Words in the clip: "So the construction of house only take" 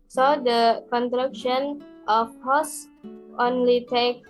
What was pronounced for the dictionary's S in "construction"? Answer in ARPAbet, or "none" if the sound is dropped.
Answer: none